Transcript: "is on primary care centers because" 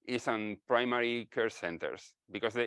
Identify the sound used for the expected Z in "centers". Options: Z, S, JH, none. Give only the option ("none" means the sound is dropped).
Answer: S